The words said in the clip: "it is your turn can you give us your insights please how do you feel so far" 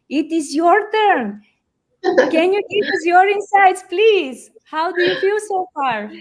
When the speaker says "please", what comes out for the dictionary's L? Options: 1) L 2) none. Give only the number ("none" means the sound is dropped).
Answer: 1